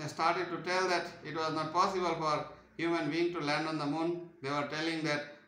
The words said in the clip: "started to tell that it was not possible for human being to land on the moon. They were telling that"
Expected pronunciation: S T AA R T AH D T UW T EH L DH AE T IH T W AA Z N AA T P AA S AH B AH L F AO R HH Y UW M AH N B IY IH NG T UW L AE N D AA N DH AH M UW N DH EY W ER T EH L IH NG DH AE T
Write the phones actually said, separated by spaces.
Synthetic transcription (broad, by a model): S T AA R T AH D T UW T EH L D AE T IH T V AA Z N AA T P AA S AH B AH L F AO R HH Y UW M AH N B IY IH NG T UW L AE N D AA N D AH M UW N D EY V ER T EH L IH NG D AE T